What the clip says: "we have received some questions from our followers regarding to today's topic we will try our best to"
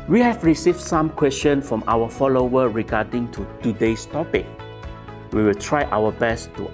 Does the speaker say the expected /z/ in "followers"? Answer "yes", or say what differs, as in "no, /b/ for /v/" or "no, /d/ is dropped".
no, /z/ is dropped